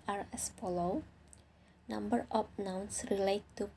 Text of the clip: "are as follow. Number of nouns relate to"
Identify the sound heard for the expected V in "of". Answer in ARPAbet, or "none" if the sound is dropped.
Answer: P